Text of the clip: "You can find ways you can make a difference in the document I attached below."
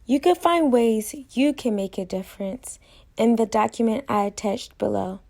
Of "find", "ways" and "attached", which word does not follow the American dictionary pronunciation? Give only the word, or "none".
none